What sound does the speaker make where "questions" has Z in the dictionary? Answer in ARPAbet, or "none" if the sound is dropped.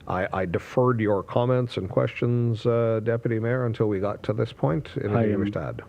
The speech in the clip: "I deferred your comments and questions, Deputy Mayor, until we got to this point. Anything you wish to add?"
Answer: Z